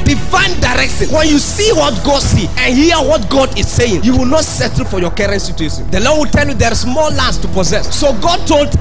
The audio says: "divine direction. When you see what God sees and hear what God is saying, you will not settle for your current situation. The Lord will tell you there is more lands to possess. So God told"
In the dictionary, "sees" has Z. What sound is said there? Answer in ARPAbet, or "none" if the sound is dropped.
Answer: none